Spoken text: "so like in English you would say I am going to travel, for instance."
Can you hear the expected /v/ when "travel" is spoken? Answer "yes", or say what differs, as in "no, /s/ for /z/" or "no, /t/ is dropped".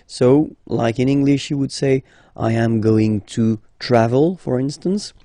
yes